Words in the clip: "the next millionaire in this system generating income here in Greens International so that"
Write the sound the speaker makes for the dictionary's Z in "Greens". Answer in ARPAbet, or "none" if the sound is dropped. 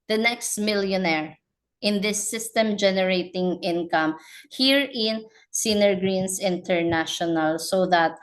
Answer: S